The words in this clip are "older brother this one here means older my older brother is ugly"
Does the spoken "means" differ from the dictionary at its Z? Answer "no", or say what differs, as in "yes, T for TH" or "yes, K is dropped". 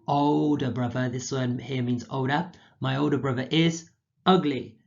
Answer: no